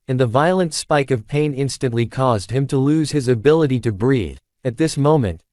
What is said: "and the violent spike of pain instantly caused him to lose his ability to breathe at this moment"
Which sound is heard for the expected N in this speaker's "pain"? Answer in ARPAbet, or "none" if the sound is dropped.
N